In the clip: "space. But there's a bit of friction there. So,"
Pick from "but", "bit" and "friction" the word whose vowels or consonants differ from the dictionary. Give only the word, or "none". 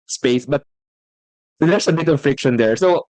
none